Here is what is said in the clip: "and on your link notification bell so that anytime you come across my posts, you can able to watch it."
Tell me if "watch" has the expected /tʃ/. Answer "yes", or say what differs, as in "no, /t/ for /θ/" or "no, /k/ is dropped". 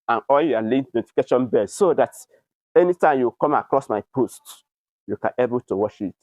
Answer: no, /ʃ/ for /tʃ/